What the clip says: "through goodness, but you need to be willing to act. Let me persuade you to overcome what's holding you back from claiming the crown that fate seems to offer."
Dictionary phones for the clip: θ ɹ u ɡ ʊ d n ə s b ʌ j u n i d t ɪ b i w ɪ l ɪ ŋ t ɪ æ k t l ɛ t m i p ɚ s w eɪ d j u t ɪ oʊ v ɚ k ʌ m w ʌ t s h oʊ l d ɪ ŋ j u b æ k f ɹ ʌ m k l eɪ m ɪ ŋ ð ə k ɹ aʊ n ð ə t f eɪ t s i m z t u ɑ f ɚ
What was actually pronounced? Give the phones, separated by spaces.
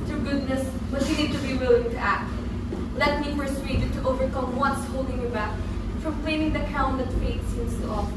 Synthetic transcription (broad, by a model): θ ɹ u ɡ ʊ d n ə s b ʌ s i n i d t ɪ b i w ɪ l ɪ ŋ t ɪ æ k t l ɛ t m i f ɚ s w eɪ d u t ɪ oʊ v ɚ k ʌ m w ʌ t s h oʊ l d ɪ ŋ j u b æ k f ɹ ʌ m k l eɪ m ɪ ŋ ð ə k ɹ aʊ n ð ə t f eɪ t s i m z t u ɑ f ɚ